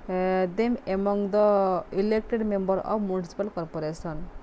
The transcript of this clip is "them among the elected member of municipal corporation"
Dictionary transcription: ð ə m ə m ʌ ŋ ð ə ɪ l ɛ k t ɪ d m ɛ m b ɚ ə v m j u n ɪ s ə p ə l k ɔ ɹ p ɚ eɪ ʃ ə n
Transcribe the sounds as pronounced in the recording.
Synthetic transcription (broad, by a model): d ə m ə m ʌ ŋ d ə ɪ l ɛ k t ɪ d m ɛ m b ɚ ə b m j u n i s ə p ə l k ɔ ɹ p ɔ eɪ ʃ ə n